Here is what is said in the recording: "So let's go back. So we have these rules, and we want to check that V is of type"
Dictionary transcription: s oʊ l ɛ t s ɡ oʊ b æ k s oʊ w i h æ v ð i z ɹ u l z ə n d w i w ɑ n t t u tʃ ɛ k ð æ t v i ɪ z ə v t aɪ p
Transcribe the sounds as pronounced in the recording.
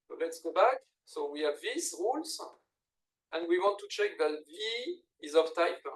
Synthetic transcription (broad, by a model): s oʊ l ɛ t s ɡ oʊ b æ k s oʊ w i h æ v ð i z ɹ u l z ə n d w i w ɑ n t t u tʃ ɛ k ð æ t v i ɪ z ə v t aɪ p